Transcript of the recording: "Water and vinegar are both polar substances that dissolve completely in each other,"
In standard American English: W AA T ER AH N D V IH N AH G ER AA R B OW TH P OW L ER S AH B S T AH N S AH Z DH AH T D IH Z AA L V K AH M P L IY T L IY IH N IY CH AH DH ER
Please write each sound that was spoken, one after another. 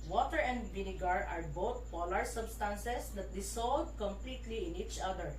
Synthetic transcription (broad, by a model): W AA T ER AH N D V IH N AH G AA AA R B OW T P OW L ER S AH B S T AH N S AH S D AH T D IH S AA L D K AH M P L IY T L IY IH N IY CH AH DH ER